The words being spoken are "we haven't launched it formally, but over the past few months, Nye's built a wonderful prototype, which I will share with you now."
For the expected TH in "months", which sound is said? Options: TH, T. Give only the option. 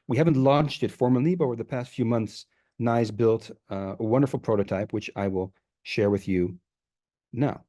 TH